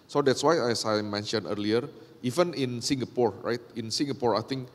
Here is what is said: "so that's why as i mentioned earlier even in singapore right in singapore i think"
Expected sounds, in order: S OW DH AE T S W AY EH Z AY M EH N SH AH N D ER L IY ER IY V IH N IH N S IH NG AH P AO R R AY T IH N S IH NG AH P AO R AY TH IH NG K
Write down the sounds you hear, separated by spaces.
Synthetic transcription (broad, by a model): S OW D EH T S W AY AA S AY M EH N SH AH N ER L IY ER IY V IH N IH N S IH NG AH P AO R R AY T IH N S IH NG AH P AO R AY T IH NG K